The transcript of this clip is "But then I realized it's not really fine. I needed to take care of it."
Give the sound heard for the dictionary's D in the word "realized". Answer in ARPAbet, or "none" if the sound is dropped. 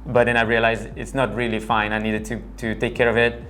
none